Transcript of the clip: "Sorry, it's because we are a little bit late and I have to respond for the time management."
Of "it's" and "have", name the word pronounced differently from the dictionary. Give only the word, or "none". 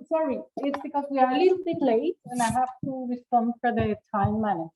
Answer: have